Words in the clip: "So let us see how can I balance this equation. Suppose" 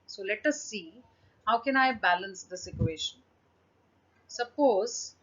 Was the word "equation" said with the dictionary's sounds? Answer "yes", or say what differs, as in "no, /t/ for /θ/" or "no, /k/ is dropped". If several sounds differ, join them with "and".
no, /ʃ/ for /ʒ/